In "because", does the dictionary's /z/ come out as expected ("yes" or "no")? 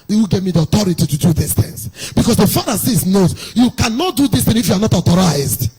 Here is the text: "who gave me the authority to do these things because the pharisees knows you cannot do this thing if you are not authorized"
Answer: no